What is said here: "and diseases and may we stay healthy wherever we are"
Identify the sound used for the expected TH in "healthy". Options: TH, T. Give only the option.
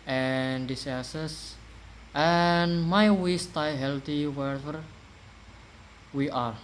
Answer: T